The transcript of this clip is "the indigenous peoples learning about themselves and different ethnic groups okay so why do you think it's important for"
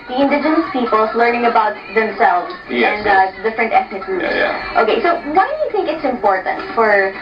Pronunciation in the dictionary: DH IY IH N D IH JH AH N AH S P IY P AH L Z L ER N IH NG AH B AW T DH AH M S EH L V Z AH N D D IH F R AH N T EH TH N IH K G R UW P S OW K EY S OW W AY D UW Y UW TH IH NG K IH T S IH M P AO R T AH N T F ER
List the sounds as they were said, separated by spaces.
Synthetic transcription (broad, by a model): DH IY IH N D IH JH AH N AH S P IY P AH L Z L ER N IH NG AH B AW T DH AH M S EH L V Z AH N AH D IH F R AH N T EH TH N IH K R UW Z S OW K EY S OW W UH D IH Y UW TH IH NG K IH T S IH M P AO R T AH N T F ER